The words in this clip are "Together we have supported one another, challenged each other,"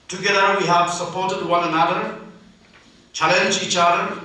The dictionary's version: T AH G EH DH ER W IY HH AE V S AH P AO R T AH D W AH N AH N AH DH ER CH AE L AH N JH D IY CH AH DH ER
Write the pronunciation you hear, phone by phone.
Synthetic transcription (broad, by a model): T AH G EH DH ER W IY HH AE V S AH P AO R T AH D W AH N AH N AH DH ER CH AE L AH N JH IY CH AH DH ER